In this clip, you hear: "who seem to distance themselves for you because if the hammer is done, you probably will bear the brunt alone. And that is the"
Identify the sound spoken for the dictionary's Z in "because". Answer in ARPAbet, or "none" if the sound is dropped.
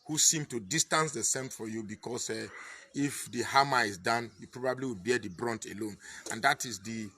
S